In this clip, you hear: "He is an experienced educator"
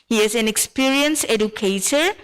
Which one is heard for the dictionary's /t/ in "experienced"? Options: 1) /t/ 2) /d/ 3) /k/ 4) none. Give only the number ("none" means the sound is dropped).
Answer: 4